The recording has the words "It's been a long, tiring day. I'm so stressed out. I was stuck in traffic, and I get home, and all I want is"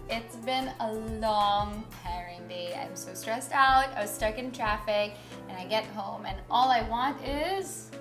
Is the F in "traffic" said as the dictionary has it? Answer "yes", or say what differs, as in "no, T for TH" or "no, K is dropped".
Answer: yes